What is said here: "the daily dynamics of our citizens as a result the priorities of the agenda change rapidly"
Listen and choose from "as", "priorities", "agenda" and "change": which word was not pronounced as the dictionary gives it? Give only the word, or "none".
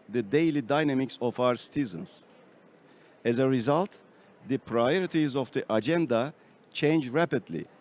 none